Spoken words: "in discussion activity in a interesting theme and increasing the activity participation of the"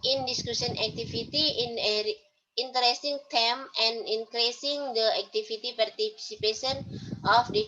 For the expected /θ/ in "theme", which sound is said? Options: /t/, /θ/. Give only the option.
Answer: /t/